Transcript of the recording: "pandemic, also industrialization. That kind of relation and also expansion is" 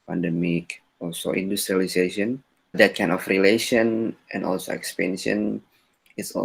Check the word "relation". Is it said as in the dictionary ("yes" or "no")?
yes